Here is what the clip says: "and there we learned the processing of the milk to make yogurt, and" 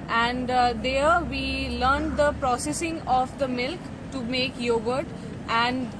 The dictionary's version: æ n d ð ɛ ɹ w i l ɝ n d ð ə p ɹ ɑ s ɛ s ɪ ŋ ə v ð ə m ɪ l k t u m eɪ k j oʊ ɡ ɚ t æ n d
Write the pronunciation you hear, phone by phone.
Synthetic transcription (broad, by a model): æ n d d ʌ ɹ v i l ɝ n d ə p ɹ ɑ s ɛ s ɪ ŋ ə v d ə m ɪ l k t u m eɪ k j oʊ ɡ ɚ t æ n d